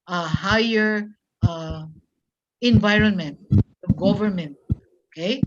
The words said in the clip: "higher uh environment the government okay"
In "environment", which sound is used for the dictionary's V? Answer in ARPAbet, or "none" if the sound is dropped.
V